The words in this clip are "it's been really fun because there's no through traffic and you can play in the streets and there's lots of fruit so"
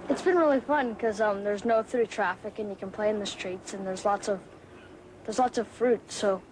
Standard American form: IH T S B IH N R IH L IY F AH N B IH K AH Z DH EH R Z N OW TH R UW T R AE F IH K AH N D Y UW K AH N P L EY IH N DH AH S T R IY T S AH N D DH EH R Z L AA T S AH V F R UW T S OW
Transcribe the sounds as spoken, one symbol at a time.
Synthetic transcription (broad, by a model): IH T S B IH N R IH L IY F AH N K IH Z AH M DH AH R Z N OW TH R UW T R AE F IH K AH N Y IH K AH N P L EY IH N DH AH S T R IY T S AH N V DH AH R Z L AA T S AH V F R UW T S OW